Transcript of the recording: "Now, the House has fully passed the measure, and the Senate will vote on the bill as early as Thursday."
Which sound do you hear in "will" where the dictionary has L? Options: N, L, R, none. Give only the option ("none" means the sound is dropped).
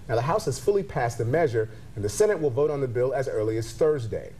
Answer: L